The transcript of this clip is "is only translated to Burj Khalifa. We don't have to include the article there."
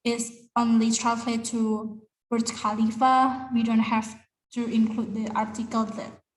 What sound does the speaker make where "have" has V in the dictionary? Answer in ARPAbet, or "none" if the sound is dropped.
F